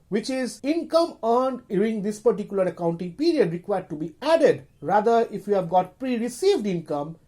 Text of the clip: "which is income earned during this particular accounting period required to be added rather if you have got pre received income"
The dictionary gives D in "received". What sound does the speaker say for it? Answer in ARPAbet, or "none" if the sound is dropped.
D